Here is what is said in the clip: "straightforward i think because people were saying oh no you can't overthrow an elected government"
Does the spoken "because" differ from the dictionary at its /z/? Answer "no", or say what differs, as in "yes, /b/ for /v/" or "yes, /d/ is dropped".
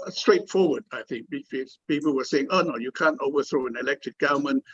yes, /z/ is dropped